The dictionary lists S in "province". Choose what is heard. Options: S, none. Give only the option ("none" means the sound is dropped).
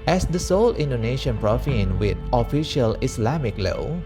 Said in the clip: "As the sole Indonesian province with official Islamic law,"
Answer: none